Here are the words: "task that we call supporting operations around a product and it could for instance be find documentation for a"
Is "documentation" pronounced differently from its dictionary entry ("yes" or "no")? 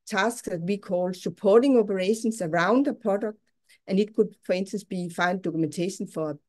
yes